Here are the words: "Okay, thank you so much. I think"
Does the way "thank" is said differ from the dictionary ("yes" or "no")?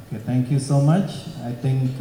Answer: yes